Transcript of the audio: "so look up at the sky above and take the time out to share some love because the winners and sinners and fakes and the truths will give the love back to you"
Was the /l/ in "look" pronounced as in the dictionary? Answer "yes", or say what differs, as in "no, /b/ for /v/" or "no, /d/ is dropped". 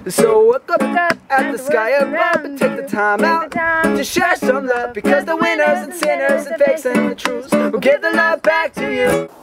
no, /w/ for /l/